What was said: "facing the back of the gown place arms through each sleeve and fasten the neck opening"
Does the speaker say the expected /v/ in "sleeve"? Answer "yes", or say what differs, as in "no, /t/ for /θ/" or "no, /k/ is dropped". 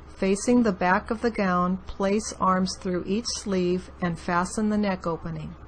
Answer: yes